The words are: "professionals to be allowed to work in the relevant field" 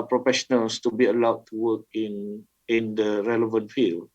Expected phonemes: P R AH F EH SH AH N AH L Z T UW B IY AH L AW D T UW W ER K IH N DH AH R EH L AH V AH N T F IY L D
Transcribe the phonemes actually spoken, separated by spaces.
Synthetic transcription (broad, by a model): P R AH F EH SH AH N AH L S T UW B IY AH L AW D T UW W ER K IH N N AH R EH L AH V AH N T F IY L